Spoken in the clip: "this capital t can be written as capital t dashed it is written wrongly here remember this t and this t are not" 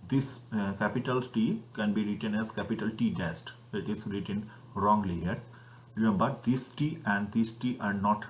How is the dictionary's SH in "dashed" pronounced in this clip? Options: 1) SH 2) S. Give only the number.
2